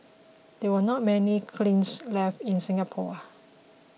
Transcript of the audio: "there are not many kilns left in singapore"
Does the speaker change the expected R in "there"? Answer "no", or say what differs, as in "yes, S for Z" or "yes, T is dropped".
yes, W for R